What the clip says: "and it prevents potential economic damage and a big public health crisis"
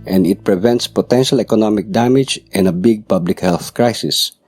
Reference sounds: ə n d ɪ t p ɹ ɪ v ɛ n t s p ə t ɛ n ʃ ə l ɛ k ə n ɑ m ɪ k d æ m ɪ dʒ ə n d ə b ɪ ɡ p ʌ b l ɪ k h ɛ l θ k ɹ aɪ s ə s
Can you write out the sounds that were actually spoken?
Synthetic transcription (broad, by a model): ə n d ɪ t p ɹ ɪ v ɛ n t s p ə t ɛ n ʃ ə l ɛ k ə n ɑ m ɪ k d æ m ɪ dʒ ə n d ə b ɪ ɡ p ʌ b l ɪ k h ɛ l θ k ɹ aɪ s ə s